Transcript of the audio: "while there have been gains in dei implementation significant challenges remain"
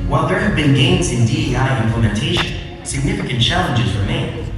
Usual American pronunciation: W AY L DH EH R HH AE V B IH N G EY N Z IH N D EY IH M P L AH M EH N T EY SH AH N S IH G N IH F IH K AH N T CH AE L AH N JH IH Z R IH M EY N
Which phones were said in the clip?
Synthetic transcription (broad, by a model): W AY L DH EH R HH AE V B IH N G EY N Z IH N D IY IH M P L AH M EH N T EY SH AH N S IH G N IH F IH K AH N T CH AE L AH N JH IH Z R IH M EY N